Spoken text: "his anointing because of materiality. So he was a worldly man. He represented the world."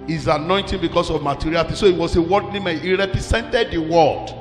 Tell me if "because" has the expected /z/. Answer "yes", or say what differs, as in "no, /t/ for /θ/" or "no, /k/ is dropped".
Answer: no, /s/ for /z/